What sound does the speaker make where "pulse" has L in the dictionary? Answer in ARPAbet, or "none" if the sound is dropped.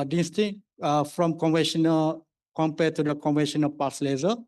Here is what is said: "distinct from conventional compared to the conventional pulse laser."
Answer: none